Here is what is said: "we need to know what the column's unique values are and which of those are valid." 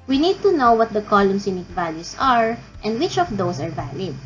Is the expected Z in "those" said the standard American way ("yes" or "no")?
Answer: no